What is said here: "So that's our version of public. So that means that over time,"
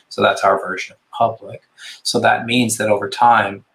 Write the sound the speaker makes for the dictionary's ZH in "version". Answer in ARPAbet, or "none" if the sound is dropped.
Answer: ZH